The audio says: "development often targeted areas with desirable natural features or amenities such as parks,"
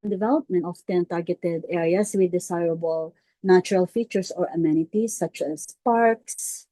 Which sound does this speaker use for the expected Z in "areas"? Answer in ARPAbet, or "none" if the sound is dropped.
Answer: S